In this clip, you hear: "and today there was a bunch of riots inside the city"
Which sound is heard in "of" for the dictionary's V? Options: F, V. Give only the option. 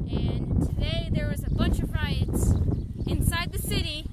V